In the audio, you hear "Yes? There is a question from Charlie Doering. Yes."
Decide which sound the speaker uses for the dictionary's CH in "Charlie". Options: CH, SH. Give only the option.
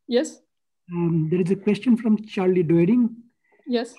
CH